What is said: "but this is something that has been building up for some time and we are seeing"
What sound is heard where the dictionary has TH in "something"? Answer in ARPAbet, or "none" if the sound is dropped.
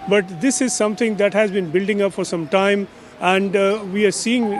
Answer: T